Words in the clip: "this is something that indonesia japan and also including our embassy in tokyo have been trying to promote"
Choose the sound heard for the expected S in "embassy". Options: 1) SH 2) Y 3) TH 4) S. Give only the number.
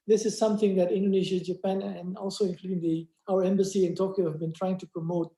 4